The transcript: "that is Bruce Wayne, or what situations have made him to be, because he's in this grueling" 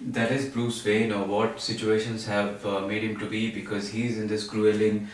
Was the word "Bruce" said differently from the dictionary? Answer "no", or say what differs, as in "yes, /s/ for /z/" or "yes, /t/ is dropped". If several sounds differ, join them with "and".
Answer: yes, /l/ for /ɹ/